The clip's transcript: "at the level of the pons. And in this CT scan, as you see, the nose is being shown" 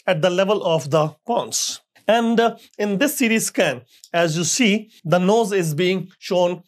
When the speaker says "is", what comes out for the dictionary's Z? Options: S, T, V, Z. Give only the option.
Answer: Z